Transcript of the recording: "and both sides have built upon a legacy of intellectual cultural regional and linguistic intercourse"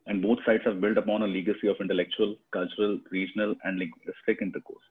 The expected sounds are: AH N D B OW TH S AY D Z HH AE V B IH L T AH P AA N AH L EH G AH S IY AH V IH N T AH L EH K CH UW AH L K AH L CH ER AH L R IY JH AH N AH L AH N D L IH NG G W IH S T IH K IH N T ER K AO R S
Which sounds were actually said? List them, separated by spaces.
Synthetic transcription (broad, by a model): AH N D B OW T S AY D S HH AE V B IH L T AH P AA N AH L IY G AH S IY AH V IH N T AH L EH K CH UW AH L K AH L CH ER AH L R IY JH AH N AH L AH N D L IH G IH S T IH K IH N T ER K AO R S